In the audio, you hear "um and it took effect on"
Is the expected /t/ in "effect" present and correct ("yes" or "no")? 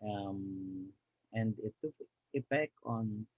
no